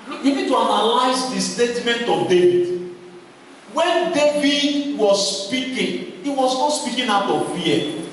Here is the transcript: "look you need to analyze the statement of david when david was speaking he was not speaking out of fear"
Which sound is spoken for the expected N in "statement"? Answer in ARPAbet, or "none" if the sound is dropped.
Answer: N